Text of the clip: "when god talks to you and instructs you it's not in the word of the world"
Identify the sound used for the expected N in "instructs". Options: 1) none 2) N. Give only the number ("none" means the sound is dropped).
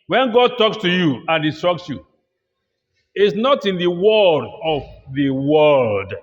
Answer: 1